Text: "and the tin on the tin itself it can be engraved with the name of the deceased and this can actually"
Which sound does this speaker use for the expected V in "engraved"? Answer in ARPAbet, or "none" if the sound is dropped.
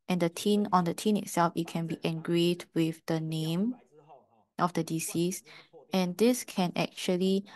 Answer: none